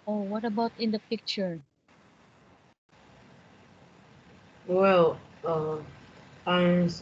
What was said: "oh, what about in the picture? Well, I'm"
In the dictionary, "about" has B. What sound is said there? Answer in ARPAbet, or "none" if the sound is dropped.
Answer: B